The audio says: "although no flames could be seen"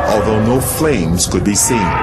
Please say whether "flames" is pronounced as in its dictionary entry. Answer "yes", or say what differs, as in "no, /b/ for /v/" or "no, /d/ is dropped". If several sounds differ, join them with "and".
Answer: yes